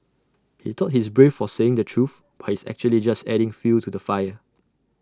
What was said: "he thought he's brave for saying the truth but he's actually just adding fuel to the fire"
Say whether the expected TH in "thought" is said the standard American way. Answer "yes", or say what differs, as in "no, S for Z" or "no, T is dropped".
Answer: no, T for TH